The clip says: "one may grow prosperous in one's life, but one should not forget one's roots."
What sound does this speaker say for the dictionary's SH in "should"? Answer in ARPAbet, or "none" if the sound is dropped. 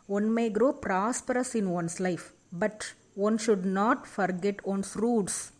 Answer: SH